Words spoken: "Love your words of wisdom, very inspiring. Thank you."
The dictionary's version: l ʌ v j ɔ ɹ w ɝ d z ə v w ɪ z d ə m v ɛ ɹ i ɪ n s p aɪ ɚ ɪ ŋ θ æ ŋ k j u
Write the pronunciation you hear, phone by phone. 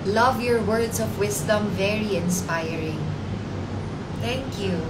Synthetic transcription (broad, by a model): l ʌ v j ɔ ɹ w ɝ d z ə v w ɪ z d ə m v ɛ ɹ i ɪ n s p aɪ ɚ ɪ ŋ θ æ ŋ k j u